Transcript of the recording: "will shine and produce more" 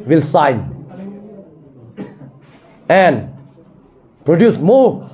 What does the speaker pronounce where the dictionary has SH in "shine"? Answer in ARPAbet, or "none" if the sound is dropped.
S